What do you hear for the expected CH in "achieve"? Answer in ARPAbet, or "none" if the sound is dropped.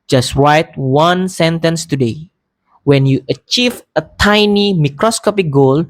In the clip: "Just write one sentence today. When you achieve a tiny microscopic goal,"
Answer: CH